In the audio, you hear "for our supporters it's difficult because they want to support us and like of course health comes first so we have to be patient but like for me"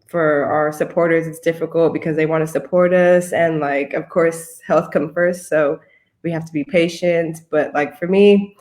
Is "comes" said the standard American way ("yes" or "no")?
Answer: no